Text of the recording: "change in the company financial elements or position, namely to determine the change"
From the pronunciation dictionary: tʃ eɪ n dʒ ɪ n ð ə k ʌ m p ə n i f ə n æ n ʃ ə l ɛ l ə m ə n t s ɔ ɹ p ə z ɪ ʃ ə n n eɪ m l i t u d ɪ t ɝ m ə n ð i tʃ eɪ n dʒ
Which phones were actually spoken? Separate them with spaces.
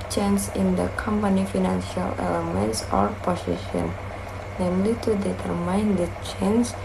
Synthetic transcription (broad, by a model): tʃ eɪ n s ɪ n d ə k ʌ m p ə n i f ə n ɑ n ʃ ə l ɛ l ə m ə n t s ɔ ɹ p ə s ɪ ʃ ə n n eɪ m l i t u d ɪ t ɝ m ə n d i tʃ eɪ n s